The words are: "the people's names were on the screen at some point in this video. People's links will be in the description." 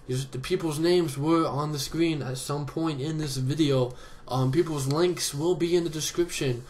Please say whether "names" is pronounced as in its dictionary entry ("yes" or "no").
yes